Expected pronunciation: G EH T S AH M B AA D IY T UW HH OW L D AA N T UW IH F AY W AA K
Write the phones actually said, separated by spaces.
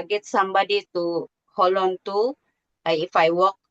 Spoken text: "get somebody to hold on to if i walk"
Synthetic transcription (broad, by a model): G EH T S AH M B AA D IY T UW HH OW L AA N T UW IH F AY W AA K